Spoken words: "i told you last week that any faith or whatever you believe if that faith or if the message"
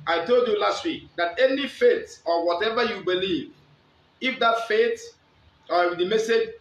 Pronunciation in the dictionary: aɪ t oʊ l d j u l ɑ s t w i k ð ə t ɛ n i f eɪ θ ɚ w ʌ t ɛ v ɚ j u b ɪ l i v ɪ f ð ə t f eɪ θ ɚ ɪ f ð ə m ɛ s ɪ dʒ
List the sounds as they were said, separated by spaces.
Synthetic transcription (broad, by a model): aɪ t oʊ l d j u l ɑ s t w i k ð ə t ɛ n i f eɪ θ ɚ w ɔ t ɛ v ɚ j u b ɪ l i v ɪ f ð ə t f eɪ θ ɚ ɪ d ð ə m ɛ s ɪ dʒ